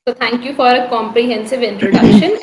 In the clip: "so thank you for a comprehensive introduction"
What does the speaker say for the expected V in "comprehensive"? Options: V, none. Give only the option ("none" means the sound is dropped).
V